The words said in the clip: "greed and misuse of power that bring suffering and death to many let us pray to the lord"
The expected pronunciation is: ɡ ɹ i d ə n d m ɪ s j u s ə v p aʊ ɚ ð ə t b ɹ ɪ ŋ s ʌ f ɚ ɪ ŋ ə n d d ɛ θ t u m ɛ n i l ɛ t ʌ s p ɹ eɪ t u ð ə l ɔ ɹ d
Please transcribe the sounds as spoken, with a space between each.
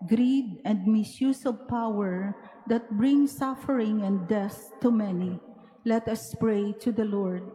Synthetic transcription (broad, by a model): ɡ ɹ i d ə n d m ɪ s j u s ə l p aʊ ɚ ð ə t b ɹ ɪ ŋ s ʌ f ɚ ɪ ŋ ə n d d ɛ s t u m ɛ n i l ɛ t ʌ s p ɹ eɪ t u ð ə l ɔ ɹ d